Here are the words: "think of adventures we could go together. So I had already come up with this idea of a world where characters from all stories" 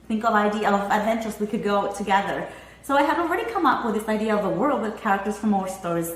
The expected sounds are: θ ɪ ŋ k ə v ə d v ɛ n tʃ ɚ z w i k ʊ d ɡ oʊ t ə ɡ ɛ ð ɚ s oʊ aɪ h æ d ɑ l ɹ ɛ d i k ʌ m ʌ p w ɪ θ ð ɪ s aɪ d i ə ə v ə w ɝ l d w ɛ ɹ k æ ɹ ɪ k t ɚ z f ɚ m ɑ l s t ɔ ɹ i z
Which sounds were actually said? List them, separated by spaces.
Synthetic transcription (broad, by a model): θ ɪ ŋ k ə v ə d v ɛ n tʃ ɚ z w i k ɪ d ɡ oʊ t ə ɡ ɛ ð ɚ s oʊ aɪ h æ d ɑ l ɹ ɛ d i k ʌ m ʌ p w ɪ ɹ ð ɪ s aɪ d i ə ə v ə w ɝ l d w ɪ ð k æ ɹ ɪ k t ɚ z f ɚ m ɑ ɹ s t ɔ ɹ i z